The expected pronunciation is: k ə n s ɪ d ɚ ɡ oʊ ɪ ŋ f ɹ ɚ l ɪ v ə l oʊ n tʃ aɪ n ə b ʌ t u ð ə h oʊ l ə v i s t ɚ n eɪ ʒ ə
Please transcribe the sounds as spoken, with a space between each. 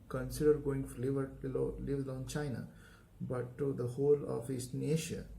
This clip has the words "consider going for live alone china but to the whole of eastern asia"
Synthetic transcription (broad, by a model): k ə n s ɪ d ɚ ɡ oʊ ɪ ŋ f l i l ɪ v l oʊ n tʃ aɪ n ə b ʌ t u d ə h oʊ l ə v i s n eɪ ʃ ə